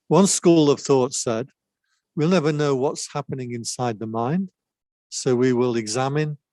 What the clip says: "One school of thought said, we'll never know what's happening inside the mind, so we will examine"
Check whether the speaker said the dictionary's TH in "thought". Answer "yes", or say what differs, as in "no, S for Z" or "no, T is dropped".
yes